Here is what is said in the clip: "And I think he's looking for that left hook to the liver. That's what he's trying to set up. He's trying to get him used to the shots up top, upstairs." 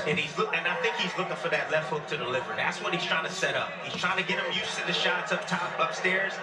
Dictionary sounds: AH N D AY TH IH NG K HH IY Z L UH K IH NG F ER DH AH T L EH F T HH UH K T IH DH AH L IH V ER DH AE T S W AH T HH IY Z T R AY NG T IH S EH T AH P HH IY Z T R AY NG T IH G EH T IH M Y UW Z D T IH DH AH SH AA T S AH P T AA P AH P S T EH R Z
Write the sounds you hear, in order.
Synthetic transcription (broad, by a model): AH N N AY TH IH NG K HH IY Z L UH K IH NG F ER DH AH T L EH F T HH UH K T IH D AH L IH V ER DH AE T S W AH T HH IY Z T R AY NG T IH S EH T AH P HH IY Z T R AY NG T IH G EH T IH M Y UW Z T IH DH AH SH AA T S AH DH T AA P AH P S T EH R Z